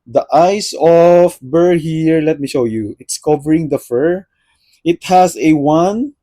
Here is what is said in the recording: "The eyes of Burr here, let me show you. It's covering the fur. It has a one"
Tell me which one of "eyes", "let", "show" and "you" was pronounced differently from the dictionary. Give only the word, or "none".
eyes